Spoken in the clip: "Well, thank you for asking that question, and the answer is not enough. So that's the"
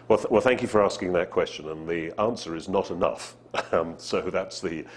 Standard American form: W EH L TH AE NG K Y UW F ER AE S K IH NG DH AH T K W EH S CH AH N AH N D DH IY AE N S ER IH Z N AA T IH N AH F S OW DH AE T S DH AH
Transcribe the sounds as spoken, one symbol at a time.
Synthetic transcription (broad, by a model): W EH L TH AE NG K Y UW F ER AE S K IH NG DH AH T K W EH S CH AH N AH N DH IY AE N S ER IH Z N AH T IH N AH F S OW DH AE T S DH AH